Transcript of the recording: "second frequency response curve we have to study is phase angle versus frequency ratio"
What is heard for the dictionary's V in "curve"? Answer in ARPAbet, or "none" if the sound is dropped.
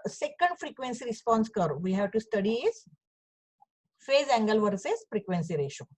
V